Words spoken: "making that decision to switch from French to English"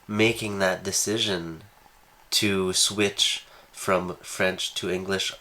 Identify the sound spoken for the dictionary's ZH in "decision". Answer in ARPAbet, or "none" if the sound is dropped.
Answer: ZH